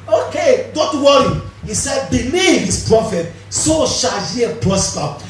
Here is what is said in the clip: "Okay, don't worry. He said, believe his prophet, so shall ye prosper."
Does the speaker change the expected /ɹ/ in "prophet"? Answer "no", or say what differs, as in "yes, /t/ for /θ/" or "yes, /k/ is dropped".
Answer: no